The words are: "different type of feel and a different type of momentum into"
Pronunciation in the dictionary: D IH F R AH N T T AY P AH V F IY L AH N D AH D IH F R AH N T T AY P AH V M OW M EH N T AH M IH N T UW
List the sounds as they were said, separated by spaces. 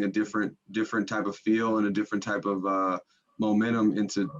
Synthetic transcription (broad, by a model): D IH F R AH N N T AY P AH V F IY L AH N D AH D IH F R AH N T T AY P AH V M OW M EH T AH M IH N T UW